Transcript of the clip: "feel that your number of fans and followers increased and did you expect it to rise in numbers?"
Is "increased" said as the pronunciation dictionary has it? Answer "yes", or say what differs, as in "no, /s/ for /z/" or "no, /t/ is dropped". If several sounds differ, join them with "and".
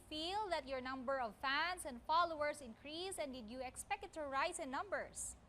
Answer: no, /t/ is dropped